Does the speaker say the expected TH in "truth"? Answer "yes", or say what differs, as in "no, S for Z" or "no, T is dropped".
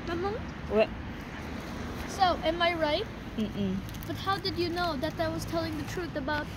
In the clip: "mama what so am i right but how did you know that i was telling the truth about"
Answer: yes